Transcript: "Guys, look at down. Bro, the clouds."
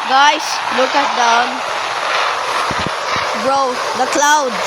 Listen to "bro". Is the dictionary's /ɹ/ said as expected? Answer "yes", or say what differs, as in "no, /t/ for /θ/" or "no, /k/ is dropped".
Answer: yes